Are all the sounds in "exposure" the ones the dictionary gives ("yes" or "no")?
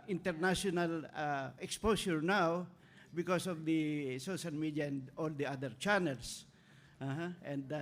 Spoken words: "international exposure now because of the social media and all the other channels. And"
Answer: no